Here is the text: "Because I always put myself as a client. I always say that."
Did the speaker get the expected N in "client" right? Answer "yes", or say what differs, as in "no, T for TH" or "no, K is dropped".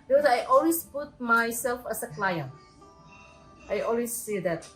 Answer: yes